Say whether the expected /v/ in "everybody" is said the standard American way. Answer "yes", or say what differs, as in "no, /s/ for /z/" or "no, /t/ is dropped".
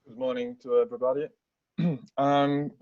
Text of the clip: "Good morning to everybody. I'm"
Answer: no, /b/ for /v/